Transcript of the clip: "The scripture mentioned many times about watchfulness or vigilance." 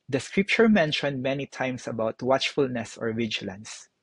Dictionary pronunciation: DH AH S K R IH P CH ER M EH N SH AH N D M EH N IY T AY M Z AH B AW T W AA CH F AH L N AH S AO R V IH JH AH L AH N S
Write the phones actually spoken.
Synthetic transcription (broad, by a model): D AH S K R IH P CH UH M EH N SH AH N D M EH N IY T AY M S AH B AW T W AA CH F AH L N AH S AO R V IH JH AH L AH N S